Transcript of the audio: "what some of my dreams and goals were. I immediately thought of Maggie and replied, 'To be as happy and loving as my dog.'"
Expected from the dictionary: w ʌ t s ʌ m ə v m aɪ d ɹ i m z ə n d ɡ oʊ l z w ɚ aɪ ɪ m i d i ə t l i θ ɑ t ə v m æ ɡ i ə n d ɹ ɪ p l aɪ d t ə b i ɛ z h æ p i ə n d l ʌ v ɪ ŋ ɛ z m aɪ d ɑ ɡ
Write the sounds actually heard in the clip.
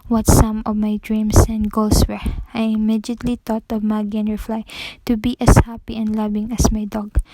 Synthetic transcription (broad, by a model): w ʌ t s ʌ m ə v m aɪ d ɹ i m s ə n d ɡ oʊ l s w ɚ aɪ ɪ m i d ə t l i t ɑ t ə v m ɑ ɡ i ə n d ɹ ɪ f l aɪ t ə b i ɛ s h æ p i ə n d l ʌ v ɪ ŋ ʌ s m aɪ d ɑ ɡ